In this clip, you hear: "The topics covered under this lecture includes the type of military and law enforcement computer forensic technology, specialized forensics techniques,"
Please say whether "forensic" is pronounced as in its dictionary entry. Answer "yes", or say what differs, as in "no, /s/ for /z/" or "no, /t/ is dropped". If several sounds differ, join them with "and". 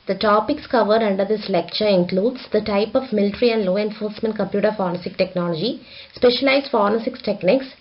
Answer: no, /n/ is dropped